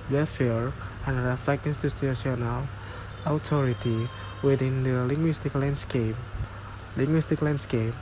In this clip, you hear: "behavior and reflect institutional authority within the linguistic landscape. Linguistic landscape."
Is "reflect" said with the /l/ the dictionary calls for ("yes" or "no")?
no